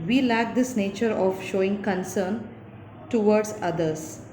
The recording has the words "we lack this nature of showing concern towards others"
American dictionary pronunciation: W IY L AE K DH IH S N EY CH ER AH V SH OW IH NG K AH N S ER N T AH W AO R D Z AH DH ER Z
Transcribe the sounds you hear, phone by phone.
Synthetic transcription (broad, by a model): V IY L AE K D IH S N EY CH ER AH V SH OW IH NG K AH N S ER N T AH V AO R D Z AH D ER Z